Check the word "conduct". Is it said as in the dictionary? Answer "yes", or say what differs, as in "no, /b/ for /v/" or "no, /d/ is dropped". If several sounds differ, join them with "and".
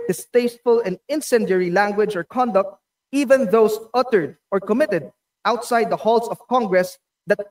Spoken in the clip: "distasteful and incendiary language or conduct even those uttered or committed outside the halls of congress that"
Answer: yes